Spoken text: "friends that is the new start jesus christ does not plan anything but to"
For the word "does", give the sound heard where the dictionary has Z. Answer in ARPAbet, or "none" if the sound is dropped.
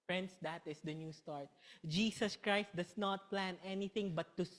S